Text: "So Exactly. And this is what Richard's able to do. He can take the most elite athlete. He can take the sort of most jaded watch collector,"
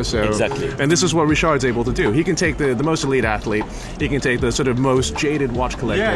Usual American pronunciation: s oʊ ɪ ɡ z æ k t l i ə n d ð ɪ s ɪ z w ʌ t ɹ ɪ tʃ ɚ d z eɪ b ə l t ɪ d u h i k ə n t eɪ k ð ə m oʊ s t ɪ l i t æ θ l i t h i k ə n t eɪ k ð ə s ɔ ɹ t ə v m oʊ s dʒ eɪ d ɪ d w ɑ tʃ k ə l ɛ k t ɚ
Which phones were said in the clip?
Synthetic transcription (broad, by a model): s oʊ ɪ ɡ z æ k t l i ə n ð ɪ s ɪ z w ʌ t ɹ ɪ ʃ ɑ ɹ z eɪ b l t ɪ d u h i k ə n t eɪ k ð ə m oʊ s t ɪ l i t æ θ l i t h i k ə n t eɪ k ð ə s ɔ ɹ t ə v m oʊ s dʒ eɪ d ɪ d w ɑ tʃ k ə l ɛ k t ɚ